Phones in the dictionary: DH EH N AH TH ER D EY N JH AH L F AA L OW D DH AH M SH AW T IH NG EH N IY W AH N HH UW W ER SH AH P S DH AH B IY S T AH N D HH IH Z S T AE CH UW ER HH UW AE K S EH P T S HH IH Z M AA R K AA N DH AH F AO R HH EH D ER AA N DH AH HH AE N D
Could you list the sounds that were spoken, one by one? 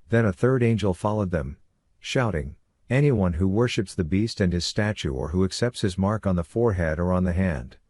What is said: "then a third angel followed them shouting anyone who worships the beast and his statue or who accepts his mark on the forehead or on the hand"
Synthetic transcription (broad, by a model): DH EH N AH TH ER D EY N JH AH L F AA L OW D DH AH M SH AW T IH NG EH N IY W AH N HH UW W ER SH AH P S DH AH B IY S T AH N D IH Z S T AE CH UW ER HH UW AE K S EH P T S HH IH Z M AA R K N DH AH F AO R HH EH D ER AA N DH AH HH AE N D